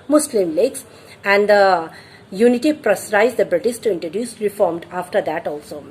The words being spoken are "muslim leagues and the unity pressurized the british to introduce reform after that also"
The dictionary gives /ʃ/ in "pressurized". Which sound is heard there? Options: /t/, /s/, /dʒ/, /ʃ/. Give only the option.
/s/